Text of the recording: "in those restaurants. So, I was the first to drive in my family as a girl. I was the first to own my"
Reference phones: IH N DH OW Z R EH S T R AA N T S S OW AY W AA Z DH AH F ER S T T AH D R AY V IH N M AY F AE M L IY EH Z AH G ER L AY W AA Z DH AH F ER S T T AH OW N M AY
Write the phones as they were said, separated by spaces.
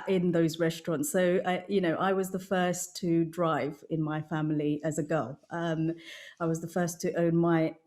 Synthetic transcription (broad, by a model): IH N DH OW Z R EH S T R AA N T S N OW AY W AA Z DH AH F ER S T T AH D R AY V IH N M AY F AE M L IY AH Z AH G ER L AY W AA Z DH AH F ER S T T AH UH N M AY